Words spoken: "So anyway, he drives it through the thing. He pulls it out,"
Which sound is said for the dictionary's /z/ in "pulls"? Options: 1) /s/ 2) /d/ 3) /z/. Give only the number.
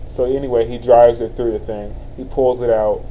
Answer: 3